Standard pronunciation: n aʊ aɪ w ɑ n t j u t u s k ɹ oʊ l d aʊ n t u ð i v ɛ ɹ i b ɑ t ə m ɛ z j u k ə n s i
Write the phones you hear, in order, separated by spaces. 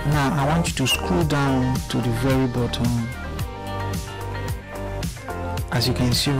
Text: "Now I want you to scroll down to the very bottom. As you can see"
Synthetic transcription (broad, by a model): n aʊ aɪ w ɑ n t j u t u s k u l d aʊ n t u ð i v ɛ ɹ i b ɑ t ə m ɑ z j u k ə n s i